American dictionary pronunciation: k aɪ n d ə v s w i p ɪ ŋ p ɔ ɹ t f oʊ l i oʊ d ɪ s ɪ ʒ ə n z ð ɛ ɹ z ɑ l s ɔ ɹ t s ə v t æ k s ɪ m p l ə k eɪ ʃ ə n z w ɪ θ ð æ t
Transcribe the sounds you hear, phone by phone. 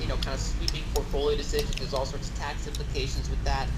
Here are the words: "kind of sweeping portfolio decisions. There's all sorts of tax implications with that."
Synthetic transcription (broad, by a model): k aɪ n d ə s w i p ɪ ŋ p ɔ ɹ t f oʊ l i oʊ d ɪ s ɪ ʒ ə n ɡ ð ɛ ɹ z ɑ l s ɔ ɹ t s ə v t æ k s ɪ m p l ə k eɪ ʃ ə n z w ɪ ð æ t